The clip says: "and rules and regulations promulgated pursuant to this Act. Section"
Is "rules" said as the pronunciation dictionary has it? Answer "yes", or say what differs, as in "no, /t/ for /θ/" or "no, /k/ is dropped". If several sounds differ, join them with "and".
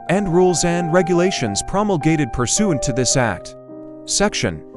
yes